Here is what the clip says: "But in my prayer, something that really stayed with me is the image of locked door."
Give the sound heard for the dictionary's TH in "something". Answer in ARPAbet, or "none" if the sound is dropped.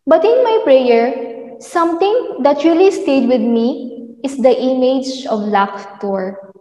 T